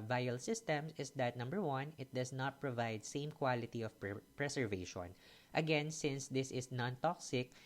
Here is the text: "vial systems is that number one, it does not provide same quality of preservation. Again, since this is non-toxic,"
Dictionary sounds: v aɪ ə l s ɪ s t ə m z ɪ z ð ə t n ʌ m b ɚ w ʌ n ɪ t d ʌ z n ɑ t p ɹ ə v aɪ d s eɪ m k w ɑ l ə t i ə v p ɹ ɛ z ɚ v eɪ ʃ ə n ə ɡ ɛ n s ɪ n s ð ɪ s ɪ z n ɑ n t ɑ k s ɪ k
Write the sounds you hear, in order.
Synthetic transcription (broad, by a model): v aɪ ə l s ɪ s t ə m s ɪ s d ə t n ʌ m b ɚ w ʌ n ɪ t d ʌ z n ɑ t p ɹ ə v aɪ d s eɪ m k w ɑ l ə t i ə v p ɹ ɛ s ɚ v eɪ ʃ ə n ə ɡ ɛ n s ɪ n s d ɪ s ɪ s n ɑ n t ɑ k s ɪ k